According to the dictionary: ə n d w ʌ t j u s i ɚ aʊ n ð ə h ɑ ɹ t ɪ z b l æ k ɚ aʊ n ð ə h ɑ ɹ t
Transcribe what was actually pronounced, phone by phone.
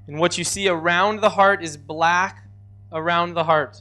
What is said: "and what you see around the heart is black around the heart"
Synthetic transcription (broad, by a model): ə n w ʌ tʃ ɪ s i ɚ aʊ n ð ə h ɑ ɹ t ɪ z b l æ k ɚ aʊ n ð ə h ɑ ɹ t